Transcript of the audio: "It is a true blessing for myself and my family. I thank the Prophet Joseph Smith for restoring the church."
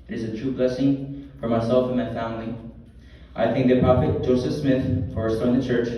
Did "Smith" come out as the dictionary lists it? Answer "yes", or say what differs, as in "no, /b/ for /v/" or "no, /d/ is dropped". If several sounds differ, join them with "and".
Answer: yes